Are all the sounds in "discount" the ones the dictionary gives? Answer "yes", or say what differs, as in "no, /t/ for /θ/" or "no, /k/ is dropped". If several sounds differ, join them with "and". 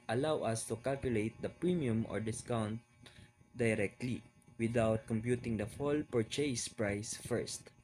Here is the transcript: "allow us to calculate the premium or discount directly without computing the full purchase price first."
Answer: yes